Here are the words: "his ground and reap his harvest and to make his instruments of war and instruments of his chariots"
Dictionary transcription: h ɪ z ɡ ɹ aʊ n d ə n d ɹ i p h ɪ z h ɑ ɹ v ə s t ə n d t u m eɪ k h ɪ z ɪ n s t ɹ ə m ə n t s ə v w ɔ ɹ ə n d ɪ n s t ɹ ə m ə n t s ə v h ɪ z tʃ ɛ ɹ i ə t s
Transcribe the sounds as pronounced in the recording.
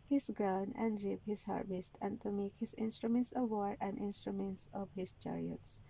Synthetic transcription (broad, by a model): h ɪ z ɡ ɹ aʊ n ə n d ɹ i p h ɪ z h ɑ ɹ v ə s t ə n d t u m eɪ k h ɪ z ɪ n s t ɹ ə m ə n t s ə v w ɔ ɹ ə n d ɪ n s t ɹ ə m ə n t s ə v h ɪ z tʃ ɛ ɹ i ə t s